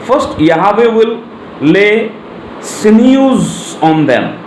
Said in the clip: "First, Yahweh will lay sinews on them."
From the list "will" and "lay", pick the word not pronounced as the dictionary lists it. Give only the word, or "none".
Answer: will